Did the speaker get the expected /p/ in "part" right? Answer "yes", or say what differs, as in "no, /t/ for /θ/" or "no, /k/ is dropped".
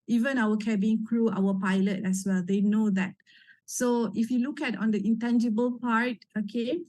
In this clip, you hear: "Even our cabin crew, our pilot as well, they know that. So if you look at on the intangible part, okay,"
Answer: yes